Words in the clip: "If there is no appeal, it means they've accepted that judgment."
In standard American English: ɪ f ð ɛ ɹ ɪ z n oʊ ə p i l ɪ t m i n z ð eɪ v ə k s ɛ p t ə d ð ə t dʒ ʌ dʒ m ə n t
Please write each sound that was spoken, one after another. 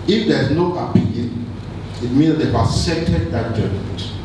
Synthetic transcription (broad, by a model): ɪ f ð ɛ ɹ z n oʊ ə p i l ɪ t m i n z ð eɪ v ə s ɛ t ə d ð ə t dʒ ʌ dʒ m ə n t